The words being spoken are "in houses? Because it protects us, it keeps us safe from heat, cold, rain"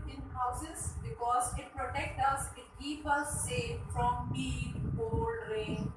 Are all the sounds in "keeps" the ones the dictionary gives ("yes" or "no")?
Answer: no